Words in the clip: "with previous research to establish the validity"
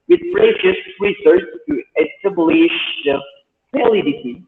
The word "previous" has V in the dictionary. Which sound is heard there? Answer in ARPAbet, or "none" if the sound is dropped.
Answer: none